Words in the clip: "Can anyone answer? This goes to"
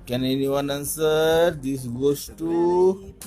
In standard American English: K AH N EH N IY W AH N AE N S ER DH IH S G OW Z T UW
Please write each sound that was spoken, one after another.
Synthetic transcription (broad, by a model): K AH N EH N IY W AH N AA N S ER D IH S G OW S T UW